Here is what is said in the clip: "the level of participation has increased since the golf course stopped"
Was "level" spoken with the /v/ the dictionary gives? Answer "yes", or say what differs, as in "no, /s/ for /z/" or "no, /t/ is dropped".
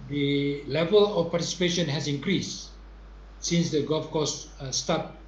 yes